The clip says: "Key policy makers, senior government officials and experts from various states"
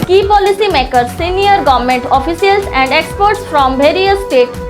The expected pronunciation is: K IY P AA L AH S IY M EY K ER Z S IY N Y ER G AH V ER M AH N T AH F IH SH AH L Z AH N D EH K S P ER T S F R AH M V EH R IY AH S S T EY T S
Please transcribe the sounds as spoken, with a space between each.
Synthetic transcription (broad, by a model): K IY P AA L AH S IY M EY K ER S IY N Y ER G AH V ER M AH N T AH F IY S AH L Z AH N D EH K S P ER T S F R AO M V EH R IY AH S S T EY T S